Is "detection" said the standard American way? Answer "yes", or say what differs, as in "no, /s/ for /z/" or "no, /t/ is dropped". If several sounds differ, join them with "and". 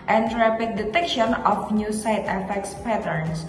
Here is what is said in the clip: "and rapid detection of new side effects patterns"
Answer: yes